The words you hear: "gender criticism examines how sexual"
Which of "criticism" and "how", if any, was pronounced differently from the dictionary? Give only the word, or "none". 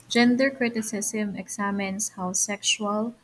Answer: criticism